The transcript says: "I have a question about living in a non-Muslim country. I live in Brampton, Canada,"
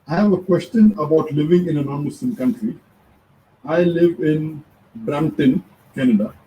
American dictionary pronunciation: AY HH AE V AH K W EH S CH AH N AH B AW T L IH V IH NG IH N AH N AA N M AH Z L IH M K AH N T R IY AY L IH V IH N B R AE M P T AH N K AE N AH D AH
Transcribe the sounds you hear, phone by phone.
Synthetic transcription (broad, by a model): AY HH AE V AH K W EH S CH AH N AH B AW T L IH V IH NG IH N AH N AA N M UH S L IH M K AH N T R IY AY L IH V IH N B R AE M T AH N K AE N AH D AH